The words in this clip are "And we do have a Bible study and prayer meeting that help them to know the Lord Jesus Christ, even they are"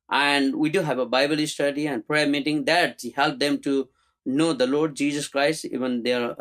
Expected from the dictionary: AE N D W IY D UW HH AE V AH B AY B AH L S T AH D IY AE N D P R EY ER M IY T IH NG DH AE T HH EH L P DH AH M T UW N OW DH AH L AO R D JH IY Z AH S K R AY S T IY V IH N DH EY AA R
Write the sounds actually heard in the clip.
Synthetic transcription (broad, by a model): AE N D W IY D UW HH AE V AH B AY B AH L S T AH D IY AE N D P R EY ER M IY T IH NG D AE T HH EH L P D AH M T UW N OW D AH L AO R D JH IY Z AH S K R AY S T IY V IH N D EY R